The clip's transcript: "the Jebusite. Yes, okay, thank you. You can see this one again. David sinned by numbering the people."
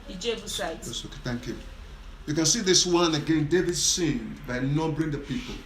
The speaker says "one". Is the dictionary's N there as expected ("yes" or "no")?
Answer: yes